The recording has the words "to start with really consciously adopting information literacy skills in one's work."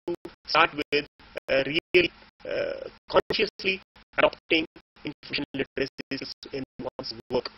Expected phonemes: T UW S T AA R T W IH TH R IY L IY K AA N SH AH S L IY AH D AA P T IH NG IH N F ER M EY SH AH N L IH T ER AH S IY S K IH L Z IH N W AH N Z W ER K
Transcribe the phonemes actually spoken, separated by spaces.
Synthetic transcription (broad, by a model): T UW S T AA R T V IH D R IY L K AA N SH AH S L IY AH D AA P T IH NG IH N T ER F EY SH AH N L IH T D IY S IH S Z IH N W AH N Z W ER K